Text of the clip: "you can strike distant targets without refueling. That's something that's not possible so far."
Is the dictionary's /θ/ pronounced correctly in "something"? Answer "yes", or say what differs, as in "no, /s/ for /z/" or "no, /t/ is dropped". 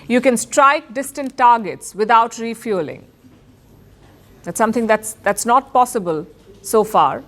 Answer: no, /t/ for /θ/